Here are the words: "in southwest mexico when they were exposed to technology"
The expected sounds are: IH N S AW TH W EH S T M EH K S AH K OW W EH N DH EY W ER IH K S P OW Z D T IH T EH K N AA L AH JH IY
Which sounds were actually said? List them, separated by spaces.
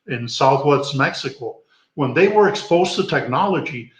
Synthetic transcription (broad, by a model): IH N S AW TH W EH S T M EH K S AH K OW W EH N DH EY W ER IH K S P OW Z T IH T EH K N AA L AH JH IY